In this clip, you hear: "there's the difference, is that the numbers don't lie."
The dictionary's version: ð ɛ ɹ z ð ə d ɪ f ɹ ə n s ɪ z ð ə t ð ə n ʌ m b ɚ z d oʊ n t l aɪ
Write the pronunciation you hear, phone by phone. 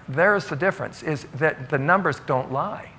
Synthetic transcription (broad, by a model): ð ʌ ɹ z ð ə d ɪ f ɹ ə n s ɪ z ð ə t ð ə n ʌ m b ɚ z d oʊ n t l aɪ